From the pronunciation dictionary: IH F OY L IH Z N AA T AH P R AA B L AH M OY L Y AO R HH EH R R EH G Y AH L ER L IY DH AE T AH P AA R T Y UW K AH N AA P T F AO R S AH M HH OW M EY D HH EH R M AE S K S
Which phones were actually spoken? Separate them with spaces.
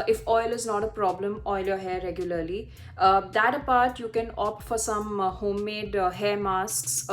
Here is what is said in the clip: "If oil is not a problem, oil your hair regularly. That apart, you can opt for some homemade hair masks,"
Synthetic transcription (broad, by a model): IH F OY L IH Z N AA T AH P R AA B L AH M OY L Y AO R HH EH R R EH G Y AH L ER L IY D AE T AH P AA R T Y UW K AH N AA P T F AO R S AH M HH OW M EY D HH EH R M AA S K S